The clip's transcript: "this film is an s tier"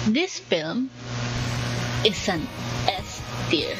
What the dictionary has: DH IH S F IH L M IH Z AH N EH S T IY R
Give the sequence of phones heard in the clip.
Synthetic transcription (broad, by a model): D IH S F IH L M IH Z AH N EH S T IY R